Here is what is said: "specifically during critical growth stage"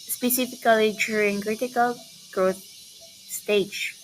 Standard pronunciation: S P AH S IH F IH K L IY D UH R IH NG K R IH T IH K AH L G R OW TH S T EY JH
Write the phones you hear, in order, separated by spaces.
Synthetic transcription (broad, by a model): S P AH S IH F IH K L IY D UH IH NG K R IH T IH K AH L G R OW TH S T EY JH